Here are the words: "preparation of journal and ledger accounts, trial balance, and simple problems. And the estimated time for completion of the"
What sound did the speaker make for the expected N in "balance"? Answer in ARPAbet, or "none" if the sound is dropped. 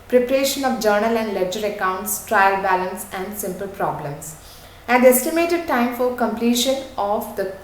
N